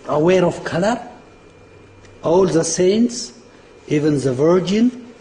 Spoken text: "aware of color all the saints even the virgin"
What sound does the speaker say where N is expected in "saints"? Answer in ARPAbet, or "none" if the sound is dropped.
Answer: N